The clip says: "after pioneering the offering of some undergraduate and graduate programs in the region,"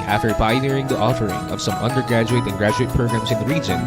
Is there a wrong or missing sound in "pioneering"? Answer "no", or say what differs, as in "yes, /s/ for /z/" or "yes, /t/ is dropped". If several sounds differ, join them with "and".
yes, /b/ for /p/